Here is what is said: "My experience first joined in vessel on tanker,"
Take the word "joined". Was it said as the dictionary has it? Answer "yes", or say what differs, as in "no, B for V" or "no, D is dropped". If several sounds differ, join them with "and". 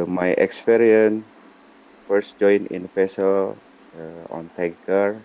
no, D is dropped